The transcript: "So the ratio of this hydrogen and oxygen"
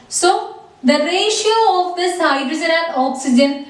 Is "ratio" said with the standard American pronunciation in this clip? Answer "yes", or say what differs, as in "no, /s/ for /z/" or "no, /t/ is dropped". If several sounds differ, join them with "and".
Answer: yes